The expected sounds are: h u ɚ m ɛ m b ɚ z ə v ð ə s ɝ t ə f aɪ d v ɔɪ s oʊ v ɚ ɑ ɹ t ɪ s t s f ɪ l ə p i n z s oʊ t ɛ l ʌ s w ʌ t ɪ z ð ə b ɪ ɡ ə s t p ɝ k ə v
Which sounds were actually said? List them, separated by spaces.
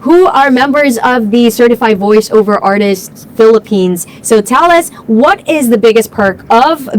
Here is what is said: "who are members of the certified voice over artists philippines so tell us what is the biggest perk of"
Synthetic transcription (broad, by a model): h u ɚ m ɛ m b ɚ z ə v ð ə s ɝ t ə f aɪ d v ɔɪ s oʊ v ɚ ɑ ɹ t ɪ s t s f ɪ l ə p i n z s oʊ t ɛ l ʌ s w ʌ t ɪ z ð ə b ɪ ɡ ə s p ɝ k ə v